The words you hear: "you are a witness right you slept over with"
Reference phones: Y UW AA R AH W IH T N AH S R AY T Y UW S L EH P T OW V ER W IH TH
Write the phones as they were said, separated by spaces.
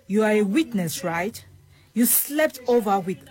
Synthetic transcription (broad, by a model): Y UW AA R AH W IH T N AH S R AY T Y UW S L EH P T OW V ER W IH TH